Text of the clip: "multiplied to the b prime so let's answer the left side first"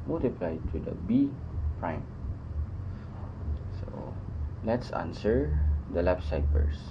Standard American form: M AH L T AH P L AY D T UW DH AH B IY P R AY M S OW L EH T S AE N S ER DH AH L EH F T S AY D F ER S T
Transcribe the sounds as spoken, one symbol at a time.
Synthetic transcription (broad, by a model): M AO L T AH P L AY T UW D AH B IY P R AY M S OW L EH T S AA N S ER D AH L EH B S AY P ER S